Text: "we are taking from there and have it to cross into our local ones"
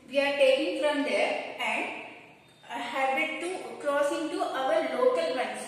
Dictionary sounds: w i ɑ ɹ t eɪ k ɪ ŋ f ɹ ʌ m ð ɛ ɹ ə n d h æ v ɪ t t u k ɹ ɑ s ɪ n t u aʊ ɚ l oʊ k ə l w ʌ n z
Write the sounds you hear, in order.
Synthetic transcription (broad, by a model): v i ɑ ɹ t eɪ k ɪ ŋ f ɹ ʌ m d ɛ ɹ ə n d h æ b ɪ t t u k ɹ ɑ s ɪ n t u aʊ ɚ l oʊ k ə l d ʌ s